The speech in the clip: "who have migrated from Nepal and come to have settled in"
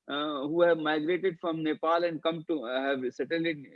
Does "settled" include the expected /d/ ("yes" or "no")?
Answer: no